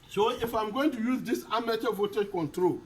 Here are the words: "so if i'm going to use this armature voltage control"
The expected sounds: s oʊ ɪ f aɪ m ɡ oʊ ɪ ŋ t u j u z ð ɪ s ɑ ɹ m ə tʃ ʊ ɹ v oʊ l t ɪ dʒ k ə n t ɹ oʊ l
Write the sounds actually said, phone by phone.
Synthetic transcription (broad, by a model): s oʊ ɪ f aɪ m ɡ oʊ ɪ ŋ t u j u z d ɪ s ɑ m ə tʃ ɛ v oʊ t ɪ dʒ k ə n t ɹ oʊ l